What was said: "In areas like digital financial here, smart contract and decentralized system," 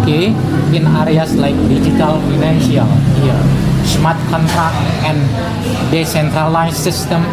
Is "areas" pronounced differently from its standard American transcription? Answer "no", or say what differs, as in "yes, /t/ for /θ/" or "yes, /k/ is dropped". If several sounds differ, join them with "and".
yes, /s/ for /z/